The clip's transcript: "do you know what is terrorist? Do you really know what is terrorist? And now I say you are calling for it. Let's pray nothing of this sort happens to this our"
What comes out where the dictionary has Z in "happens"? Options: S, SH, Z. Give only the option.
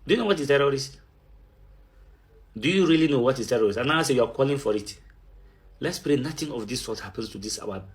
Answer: S